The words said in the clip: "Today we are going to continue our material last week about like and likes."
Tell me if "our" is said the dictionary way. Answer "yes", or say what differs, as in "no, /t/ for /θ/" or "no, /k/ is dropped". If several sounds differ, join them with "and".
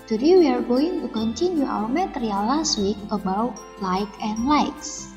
no, /w/ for /ɹ/